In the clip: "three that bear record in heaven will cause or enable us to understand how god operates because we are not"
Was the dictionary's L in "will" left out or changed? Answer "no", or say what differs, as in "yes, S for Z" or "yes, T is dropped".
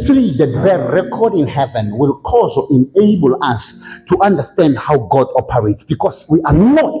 no